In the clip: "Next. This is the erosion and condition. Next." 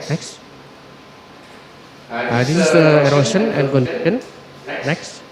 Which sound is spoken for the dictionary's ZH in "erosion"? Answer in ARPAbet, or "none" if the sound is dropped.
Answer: S